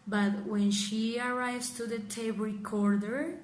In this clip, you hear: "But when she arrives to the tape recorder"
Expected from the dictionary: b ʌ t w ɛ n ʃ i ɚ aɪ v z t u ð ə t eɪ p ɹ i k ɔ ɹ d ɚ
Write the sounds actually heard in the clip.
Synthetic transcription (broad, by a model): b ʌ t w ɛ n ʃ i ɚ aɪ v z t u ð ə t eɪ b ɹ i k ɔ ɹ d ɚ